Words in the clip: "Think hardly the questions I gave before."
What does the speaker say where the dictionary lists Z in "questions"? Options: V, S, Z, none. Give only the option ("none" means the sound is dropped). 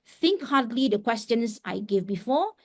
S